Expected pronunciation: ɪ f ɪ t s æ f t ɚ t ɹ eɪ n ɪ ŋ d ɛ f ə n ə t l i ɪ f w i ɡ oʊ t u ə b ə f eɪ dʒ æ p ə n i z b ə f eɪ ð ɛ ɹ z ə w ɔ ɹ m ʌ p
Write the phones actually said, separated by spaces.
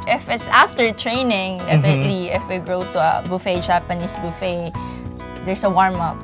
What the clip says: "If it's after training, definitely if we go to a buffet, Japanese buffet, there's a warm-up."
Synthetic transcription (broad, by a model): ɪ f ɪ t s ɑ f t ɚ t ɹ eɪ n ɪ ŋ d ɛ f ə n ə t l i ɪ f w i ɡ oʊ t u ə b ə f eɪ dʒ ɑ p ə n i s b ə f eɪ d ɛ ɹ s ə w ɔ ɹ m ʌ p